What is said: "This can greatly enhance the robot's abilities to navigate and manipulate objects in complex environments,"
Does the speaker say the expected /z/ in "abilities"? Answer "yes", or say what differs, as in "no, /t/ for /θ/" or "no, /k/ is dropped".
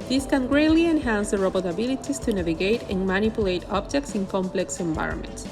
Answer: no, /s/ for /z/